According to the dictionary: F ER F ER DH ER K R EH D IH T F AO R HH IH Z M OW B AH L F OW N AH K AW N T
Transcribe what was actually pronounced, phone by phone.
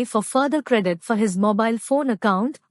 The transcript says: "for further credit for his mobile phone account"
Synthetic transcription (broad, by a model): F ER F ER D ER K R EH D IH T F AO R HH IH Z M OW B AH L F OW N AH K AW N T